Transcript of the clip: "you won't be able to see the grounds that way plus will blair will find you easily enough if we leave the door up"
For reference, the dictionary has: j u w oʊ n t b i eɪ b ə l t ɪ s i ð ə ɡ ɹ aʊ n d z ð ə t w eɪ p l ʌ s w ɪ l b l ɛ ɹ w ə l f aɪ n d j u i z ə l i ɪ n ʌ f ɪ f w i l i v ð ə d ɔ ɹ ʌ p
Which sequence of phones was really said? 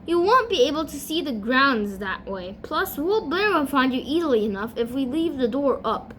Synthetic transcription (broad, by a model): j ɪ w oʊ n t b i eɪ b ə l t ɪ s i ð ə ɡ ɹ aʊ n d z ð ə t w eɪ p l ʌ s w ɪ l b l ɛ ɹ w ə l f aɪ n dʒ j i z l i ɪ n ʌ f ɪ f w i l i v ð ə d ɔ ɹ ʌ p